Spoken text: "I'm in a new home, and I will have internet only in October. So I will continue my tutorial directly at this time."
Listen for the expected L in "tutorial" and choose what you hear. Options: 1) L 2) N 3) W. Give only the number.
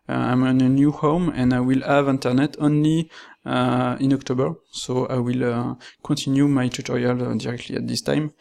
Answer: 1